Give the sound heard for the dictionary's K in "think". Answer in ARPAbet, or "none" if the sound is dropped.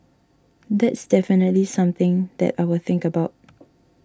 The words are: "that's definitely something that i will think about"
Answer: K